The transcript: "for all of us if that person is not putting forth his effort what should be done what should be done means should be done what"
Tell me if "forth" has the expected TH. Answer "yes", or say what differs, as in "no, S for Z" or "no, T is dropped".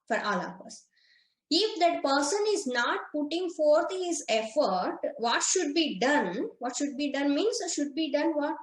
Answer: no, T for TH